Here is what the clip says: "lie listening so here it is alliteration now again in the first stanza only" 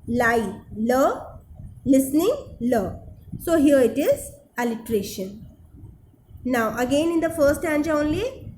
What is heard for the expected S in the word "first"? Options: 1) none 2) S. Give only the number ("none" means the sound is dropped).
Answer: 1